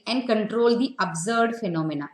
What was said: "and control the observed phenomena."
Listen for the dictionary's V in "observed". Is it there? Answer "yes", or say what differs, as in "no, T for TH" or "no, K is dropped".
no, V is dropped